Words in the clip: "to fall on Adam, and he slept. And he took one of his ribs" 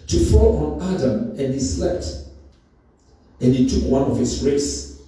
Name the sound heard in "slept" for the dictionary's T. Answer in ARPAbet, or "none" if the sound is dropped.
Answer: T